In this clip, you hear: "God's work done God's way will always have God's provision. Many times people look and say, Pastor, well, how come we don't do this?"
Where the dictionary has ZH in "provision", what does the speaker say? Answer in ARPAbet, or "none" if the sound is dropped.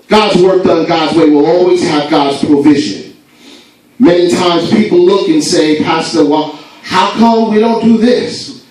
ZH